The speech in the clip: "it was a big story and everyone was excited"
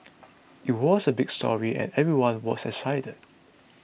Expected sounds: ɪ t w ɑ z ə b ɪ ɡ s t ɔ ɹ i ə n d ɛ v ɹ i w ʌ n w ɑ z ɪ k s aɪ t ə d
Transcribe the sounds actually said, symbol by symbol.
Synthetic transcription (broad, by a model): ɪ t w ɑ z ə b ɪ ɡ s t ɔ ɹ i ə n ɛ v ɹ i w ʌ n w ɑ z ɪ s aɪ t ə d